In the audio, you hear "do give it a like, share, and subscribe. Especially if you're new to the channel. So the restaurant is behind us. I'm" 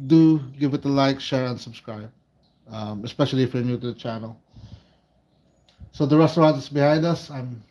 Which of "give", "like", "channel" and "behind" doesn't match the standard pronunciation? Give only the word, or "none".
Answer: none